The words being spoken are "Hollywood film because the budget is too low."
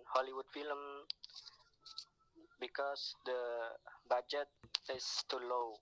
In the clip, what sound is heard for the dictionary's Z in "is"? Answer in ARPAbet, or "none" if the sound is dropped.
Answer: S